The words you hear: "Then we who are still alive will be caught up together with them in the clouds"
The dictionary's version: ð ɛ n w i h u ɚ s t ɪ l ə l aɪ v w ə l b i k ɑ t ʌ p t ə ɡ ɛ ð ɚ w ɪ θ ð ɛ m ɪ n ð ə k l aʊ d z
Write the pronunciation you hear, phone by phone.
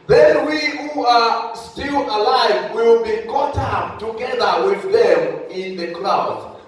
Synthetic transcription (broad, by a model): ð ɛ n w i h u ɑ s t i l ə l aɪ v w ə l b i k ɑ t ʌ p t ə ɡ ɛ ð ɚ w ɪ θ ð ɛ m ɪ n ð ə k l aʊ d